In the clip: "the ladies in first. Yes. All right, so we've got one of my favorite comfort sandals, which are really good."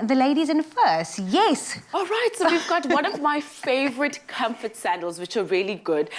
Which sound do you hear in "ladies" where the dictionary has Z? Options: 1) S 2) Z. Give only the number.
2